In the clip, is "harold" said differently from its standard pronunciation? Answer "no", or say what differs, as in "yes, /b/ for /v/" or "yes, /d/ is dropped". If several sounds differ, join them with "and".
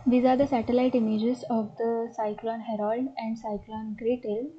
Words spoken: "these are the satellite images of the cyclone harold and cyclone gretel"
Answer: no